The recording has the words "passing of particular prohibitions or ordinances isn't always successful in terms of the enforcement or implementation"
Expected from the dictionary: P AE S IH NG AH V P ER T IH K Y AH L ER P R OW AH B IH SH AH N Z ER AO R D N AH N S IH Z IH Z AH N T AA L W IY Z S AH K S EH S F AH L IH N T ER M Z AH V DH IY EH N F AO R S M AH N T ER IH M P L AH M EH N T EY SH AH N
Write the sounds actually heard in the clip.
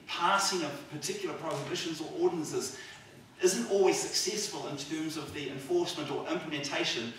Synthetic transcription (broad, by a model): P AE S IH NG AH V P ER T IH K Y L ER P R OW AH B IH SH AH N Z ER AO R D N AH N S IH Z IH Z AH N T AA L W IY Z S AH K S EH S F AH L IH N T ER M Z AH V DH IY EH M F AO R S M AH N T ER IH M P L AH M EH N T EY SH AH N